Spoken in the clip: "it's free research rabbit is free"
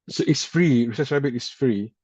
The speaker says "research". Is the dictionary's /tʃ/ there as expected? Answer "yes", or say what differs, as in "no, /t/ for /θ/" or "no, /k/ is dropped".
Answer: no, /s/ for /tʃ/